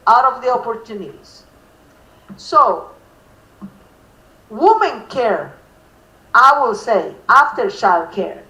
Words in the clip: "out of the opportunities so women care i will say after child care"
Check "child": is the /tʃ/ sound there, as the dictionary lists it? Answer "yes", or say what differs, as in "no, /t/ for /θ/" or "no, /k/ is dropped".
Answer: no, /ʃ/ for /tʃ/